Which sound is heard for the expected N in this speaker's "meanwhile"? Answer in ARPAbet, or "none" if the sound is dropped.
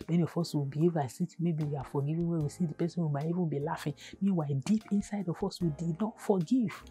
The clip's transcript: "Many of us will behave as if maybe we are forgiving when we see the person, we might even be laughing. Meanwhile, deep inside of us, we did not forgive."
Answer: none